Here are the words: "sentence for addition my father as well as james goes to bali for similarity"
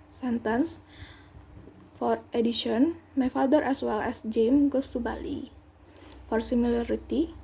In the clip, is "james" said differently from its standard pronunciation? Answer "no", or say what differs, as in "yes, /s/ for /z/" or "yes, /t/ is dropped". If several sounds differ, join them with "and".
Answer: yes, /z/ is dropped